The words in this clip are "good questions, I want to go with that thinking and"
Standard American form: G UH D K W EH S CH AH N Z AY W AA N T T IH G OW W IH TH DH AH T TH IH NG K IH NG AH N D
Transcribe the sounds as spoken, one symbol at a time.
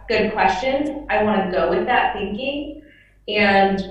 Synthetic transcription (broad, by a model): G UH D K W EH S CH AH N AY W AA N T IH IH G OW W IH DH AH T TH IH NG K IH NG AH N